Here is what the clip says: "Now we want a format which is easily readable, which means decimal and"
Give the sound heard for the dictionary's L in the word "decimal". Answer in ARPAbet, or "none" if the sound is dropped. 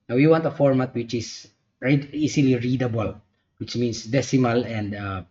L